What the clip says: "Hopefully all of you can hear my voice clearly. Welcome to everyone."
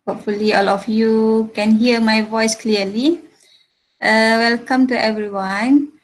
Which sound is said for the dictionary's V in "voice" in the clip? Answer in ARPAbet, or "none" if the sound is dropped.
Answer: V